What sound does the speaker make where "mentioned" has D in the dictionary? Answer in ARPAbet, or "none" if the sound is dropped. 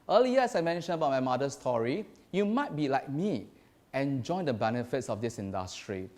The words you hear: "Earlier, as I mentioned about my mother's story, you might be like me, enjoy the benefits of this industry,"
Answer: none